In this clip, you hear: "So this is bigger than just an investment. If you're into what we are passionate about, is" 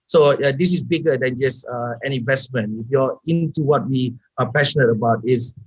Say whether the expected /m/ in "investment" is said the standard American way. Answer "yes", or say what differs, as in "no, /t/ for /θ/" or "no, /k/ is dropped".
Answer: yes